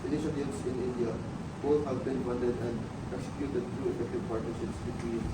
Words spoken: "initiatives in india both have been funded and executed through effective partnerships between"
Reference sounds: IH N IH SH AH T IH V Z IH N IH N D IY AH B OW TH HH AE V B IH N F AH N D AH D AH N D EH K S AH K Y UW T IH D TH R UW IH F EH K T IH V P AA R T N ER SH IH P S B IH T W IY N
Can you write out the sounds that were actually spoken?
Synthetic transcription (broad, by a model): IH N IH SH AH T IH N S IH N IH N D IY AH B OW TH HH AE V B IH N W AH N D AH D AH N D EH K S AH K Y UW T IH D T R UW IH F EH K T IH V P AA R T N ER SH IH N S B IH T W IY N